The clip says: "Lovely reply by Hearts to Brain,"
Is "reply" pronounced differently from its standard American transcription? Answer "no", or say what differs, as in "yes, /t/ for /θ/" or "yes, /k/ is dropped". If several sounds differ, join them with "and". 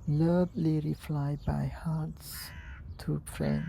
yes, /f/ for /p/